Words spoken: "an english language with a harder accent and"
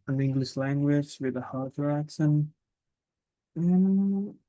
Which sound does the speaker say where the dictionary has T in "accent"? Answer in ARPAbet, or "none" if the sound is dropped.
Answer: none